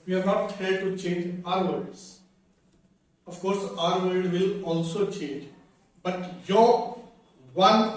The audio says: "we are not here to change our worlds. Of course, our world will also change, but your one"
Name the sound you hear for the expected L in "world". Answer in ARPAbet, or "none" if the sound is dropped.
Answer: none